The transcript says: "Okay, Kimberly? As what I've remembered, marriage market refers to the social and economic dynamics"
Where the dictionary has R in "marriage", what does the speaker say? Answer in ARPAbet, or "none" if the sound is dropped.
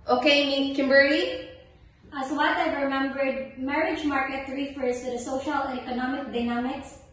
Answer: R